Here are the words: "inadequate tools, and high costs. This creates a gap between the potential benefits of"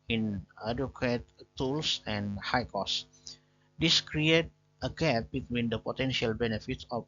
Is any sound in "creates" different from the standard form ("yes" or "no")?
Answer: yes